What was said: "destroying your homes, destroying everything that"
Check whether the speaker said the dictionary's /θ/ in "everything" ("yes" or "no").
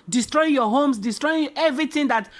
no